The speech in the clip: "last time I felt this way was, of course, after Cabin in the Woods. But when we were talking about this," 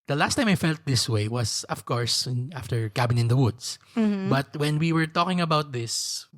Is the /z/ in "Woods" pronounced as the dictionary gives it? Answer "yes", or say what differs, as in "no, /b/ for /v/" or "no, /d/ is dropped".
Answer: no, /s/ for /z/